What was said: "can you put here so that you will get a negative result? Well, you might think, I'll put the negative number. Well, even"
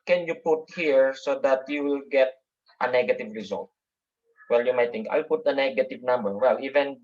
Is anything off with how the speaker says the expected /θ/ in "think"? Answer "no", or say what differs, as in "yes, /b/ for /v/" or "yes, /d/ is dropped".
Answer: yes, /t/ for /θ/